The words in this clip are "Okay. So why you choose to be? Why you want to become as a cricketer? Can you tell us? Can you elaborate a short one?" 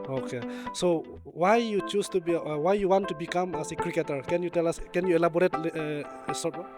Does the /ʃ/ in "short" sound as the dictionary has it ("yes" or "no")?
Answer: no